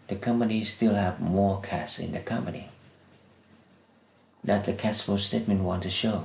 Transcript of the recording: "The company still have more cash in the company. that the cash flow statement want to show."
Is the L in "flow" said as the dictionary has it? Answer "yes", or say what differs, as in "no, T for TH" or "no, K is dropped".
no, L is dropped